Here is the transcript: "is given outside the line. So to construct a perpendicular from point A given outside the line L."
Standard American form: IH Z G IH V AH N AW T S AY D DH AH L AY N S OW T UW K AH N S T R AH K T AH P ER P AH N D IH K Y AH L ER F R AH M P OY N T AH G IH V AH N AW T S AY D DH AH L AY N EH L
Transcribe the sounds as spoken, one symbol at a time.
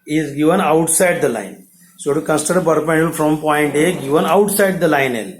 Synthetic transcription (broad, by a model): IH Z G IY V AH N AW T S AY D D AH L AY N S OW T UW K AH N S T AH T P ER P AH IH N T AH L F R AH M P OY N T AH G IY V AH N AW T S AY D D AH L AY N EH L